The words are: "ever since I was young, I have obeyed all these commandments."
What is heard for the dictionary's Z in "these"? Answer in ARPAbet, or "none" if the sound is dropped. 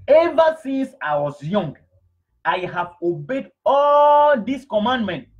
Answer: S